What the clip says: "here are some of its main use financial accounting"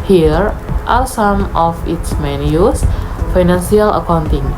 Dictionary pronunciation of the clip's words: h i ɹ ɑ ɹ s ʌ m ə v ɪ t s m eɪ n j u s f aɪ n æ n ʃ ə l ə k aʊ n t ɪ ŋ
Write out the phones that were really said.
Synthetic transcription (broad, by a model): h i ɹ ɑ l s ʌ m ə f ɪ t s m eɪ n j u s f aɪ n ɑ n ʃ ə l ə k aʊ n t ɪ ŋ